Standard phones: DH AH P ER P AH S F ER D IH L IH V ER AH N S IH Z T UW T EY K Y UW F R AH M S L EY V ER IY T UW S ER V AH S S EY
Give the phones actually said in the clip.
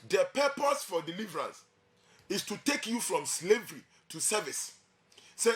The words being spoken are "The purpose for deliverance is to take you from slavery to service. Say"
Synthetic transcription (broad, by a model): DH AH P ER P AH S F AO D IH L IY V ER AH S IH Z T UW T EY K Y UW F R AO M S L EY V ER IY T UW S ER V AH S S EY